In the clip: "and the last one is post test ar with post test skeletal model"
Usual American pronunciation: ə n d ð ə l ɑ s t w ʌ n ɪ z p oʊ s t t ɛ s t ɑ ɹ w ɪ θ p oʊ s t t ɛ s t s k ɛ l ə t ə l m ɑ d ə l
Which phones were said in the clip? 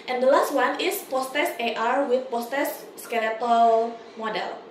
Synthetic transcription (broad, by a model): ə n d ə l ɑ s t w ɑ n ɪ s p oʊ s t t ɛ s t ɑ ɹ w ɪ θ p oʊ s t t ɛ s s k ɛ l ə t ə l m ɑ d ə l